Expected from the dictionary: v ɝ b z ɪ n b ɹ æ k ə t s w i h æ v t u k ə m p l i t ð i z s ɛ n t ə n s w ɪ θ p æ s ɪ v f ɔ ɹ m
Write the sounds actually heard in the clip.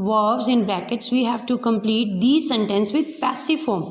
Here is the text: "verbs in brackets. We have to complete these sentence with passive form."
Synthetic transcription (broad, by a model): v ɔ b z ɪ n b l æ k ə t s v i h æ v t u k ə m p l i t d i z s ɛ n t ə n s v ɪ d p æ s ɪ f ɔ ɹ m